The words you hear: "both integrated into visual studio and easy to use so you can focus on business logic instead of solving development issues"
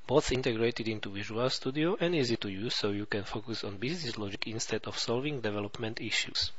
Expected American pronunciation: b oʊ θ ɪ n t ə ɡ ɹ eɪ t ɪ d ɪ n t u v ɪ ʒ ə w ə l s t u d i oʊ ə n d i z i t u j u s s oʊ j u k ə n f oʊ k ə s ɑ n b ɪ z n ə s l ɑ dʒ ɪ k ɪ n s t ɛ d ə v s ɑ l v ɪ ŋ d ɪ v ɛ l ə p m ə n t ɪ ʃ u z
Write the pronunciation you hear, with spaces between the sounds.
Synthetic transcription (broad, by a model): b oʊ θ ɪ n t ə ɡ ɹ eɪ t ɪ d ɪ n t u v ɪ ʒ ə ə l s t u d i oʊ ə n d i z i t u j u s s oʊ j u k ə n f oʊ k ə s ɑ n b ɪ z n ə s l ɑ dʒ ɪ k ɪ n s t ɛ d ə f s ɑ l v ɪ ŋ d ɪ v ɛ l ə p m ə n t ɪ ʃ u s